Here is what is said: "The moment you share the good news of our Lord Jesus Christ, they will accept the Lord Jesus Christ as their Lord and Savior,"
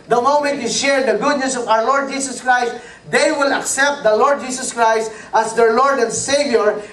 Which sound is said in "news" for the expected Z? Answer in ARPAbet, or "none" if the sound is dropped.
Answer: S